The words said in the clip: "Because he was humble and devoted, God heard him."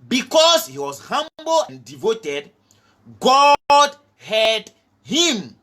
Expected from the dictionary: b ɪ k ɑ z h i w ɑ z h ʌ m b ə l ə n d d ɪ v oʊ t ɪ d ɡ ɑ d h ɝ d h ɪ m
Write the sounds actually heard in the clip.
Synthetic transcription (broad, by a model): b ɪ k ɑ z h i w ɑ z h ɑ m b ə l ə n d d ɪ v oʊ t ɪ d ɡ ɑ d h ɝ d h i m